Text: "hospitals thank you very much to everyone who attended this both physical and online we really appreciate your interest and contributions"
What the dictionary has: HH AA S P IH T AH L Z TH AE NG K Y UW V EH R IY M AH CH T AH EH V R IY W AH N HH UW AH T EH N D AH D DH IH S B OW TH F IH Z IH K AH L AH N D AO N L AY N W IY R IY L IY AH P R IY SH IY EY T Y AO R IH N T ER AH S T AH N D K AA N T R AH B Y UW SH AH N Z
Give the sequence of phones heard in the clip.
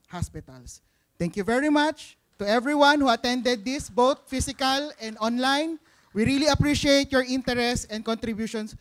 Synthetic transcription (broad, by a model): HH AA S P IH T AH L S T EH NG K Y UW V EH R IY M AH CH T AH EH V R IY W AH N HH UW AH T EH N D AH D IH S B OW T F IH S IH K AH L AH N D AO N L AY N W IY R IY L IY AH P R IY SH IY EY T Y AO R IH N T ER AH S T AH N D K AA N T R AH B Y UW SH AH N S